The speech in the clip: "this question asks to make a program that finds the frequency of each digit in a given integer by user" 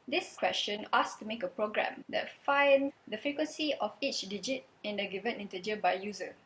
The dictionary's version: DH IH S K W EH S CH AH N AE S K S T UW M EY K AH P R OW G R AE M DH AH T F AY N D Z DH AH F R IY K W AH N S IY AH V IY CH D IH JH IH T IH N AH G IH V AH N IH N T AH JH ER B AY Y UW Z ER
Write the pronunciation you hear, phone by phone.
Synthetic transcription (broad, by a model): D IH S K W EH S CH AH N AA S S T UW M EY K AH P R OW G R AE M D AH T F AY N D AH F R IY K W AH N S IY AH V IY CH D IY JH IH T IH N AH G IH V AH N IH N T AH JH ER B AY Y UW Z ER